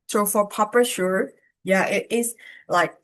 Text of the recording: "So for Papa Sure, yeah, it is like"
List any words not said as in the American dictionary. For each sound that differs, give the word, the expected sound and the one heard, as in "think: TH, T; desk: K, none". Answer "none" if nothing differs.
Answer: is: Z, S